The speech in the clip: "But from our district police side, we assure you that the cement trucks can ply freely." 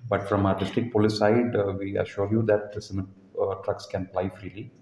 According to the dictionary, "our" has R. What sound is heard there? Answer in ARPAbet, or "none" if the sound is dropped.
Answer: R